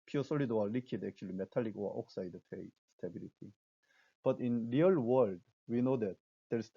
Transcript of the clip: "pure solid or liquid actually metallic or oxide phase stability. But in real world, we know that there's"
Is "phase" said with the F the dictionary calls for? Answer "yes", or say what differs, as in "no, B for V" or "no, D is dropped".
no, P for F